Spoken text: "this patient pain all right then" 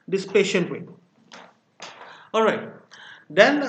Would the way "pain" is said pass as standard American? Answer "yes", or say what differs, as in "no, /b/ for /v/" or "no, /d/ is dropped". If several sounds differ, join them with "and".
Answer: no, /n/ is dropped